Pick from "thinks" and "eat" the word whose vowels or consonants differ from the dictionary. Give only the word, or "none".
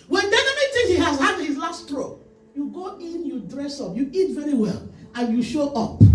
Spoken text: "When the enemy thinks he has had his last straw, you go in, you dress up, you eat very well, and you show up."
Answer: thinks